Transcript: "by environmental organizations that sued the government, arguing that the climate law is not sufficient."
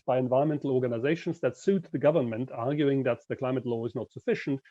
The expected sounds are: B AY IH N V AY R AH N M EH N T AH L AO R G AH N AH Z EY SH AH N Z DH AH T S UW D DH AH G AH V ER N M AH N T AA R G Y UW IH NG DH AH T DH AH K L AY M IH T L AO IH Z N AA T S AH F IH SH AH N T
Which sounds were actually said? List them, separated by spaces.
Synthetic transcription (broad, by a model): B AY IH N V AY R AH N M EH N T L AO R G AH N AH Z EY SH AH N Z DH AH T S UW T DH AH G AH V ER N M AH N T AA R G Y UW IH NG DH AH T DH AH K L AY M IH T L AO IH Z N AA T S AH F IH SH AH N T